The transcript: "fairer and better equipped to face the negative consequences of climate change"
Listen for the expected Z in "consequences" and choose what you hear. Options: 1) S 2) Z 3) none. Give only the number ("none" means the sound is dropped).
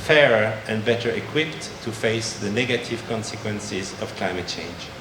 2